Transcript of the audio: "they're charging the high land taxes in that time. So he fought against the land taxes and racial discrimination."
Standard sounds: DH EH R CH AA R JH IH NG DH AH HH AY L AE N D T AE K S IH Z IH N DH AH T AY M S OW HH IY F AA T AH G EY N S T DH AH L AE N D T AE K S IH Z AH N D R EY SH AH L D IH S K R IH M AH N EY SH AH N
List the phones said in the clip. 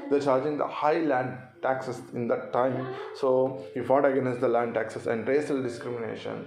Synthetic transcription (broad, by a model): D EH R CH AA R JH IH NG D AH HH AY L AE N D T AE K S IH S IH N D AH T AY M S OW HH IY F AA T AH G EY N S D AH L AE N D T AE K S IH S AH N D R EY S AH L D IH S K R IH M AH N EY SH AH N